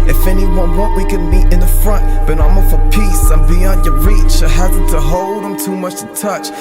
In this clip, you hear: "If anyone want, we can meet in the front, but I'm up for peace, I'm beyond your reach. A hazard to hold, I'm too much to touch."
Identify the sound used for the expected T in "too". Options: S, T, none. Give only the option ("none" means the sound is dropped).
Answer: T